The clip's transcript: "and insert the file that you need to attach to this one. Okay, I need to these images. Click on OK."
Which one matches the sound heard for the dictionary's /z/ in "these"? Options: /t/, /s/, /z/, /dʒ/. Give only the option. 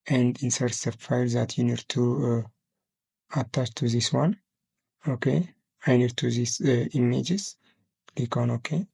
/s/